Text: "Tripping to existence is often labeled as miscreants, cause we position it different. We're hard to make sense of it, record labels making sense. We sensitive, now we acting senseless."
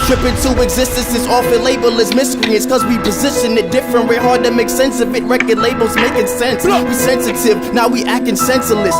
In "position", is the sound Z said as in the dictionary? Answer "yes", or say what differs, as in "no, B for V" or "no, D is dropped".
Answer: yes